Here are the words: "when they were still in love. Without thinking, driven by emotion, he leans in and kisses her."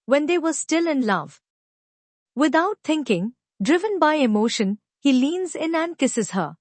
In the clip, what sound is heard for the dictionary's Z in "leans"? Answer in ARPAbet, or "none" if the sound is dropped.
Z